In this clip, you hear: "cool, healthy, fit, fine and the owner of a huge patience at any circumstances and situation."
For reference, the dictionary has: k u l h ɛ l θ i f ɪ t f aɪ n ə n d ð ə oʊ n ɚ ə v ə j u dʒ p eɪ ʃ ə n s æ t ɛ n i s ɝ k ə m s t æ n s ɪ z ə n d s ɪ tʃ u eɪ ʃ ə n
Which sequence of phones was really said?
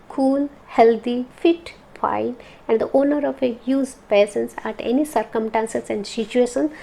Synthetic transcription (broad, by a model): k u l h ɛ l t i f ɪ t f aɪ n ə n d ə oʊ n ɚ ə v ə j u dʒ p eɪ s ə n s æ t ɛ n i s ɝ k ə m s t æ n s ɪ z ə n d s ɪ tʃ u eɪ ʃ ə n